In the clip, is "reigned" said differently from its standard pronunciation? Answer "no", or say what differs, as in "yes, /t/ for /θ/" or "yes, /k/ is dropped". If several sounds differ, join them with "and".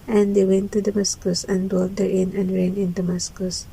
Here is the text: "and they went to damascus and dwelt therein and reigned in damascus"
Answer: yes, /d/ is dropped